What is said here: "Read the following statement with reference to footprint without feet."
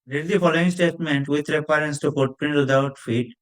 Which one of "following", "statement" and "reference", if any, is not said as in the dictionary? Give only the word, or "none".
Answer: reference